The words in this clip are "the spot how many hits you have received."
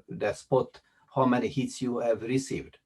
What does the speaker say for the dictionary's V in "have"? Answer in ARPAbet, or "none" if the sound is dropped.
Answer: V